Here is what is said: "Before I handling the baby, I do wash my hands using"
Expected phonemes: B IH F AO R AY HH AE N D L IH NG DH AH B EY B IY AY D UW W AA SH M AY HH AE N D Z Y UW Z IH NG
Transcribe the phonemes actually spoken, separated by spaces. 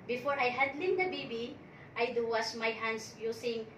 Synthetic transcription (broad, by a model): B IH F AO R AY HH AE D L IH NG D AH B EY B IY AY D UW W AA S M AY HH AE N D S Y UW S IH NG